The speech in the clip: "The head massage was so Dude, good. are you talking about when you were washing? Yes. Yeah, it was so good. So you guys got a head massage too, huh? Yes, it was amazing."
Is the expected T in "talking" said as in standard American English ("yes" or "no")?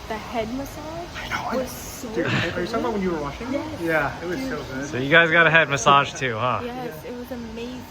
no